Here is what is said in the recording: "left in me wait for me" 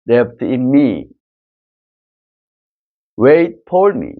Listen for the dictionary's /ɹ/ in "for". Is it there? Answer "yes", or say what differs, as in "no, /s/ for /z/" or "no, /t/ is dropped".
no, /l/ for /ɹ/